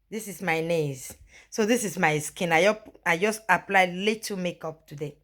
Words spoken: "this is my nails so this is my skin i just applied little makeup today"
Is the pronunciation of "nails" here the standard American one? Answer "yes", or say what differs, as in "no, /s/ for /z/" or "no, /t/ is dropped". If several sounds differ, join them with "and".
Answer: no, /l/ is dropped